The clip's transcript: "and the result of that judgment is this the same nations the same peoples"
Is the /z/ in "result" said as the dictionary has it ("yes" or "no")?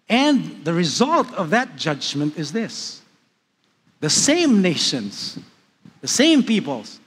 yes